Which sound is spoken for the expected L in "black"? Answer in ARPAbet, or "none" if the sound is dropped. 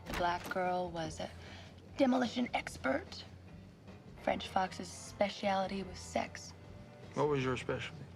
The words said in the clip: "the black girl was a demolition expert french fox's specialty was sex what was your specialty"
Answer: L